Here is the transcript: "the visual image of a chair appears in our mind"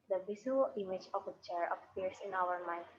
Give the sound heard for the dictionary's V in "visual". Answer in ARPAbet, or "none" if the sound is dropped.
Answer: B